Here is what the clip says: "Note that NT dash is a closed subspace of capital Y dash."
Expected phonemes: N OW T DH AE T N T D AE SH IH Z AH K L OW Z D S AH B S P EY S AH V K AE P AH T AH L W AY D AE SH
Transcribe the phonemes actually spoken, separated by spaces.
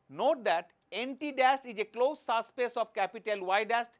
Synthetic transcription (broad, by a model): N OW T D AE T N T D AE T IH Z AH K L OW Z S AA S P EY S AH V K AE P AH T AH L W AY D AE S